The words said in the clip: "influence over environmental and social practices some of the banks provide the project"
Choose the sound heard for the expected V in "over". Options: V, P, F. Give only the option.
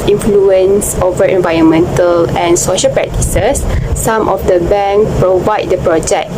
V